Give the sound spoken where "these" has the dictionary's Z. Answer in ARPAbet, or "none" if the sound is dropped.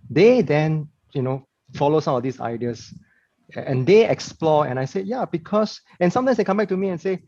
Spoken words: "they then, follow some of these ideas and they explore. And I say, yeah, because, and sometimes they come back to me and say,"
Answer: S